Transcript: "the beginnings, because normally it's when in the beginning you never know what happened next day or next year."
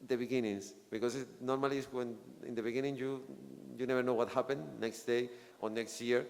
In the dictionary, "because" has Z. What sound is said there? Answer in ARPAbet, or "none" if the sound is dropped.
S